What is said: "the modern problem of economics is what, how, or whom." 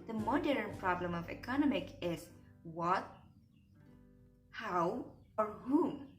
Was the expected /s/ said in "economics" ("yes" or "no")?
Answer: no